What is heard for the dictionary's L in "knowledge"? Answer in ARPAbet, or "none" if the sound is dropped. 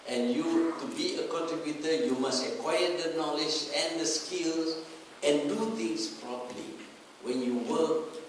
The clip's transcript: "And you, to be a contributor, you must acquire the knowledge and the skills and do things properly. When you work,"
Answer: L